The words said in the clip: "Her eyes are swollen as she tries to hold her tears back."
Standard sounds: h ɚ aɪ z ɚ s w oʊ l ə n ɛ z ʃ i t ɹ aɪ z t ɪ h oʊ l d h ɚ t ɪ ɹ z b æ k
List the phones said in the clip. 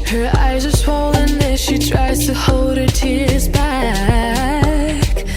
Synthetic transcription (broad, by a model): h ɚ aɪ z ɚ s w oʊ l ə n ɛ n ʃ i t ɹ aɪ z t ɪ h oʊ l d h ɚ t ɪ ɹ z b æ k